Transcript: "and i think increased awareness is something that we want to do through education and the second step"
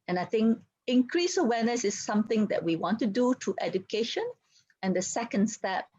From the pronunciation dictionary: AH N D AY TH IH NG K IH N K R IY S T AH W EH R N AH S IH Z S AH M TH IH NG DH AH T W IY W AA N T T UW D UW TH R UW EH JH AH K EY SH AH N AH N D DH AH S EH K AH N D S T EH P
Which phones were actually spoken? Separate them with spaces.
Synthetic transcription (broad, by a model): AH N AY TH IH NG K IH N K R IY S AH W EH N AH S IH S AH M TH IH NG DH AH T W IY W AA N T T UW D UW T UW EH JH AH K EY SH AH N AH N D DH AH S EH K AH N D S T EH P